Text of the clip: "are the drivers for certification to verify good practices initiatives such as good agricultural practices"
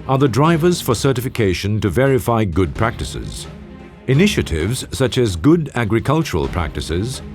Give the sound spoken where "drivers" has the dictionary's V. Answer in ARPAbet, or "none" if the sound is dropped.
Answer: V